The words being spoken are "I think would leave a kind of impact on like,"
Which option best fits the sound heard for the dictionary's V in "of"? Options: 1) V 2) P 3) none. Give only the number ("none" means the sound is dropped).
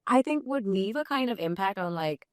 1